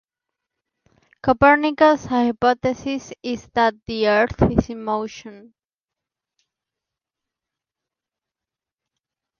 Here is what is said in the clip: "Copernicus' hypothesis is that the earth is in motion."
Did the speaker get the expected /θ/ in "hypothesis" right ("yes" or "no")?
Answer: no